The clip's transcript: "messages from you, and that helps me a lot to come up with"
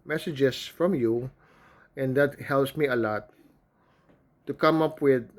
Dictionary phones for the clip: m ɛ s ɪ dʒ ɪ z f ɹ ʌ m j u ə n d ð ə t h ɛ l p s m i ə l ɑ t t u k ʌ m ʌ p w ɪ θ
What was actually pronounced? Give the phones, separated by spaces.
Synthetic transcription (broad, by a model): m ɛ s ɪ dʒ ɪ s f ɹ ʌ m j u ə n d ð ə t h ɛ l p s m i ə l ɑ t t u k ʌ m ʌ p w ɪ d